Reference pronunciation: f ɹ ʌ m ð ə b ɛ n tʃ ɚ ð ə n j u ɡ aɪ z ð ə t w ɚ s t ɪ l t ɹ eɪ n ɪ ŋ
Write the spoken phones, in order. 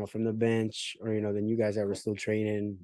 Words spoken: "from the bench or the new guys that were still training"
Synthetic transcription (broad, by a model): f ɹ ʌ m ð ə b ɛ n tʃ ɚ ð ə n j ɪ ɡ aɪ z ð ə t w ɚ s t ɪ l t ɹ eɪ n ɪ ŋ